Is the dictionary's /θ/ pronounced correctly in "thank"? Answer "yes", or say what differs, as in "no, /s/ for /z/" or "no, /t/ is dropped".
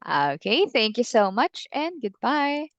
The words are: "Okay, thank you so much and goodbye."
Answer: yes